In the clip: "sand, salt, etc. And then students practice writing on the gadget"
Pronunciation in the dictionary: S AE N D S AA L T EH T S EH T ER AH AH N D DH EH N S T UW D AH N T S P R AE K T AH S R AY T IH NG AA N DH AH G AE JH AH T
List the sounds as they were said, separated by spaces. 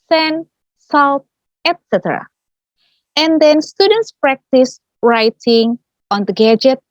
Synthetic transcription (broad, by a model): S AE N S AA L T EH T S EH T ER AH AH N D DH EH N S T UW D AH N T S P R AE K T AH S R AY T IH NG AA N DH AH G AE JH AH T